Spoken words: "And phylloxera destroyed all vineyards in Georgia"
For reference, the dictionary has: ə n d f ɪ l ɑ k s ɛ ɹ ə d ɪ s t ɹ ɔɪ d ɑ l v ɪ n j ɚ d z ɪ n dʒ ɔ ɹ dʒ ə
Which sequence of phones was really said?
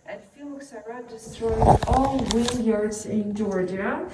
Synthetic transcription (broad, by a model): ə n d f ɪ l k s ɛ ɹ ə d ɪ s t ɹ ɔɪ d ɑ l w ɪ l j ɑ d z ɪ n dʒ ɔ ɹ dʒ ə